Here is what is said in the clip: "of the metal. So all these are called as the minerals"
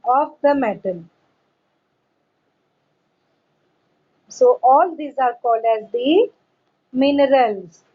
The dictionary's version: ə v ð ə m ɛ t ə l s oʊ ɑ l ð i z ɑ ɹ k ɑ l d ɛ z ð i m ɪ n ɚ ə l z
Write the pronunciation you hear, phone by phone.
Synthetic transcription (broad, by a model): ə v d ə m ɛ t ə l s oʊ ɑ l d i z ɑ ɹ k ɑ l d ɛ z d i m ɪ n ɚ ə l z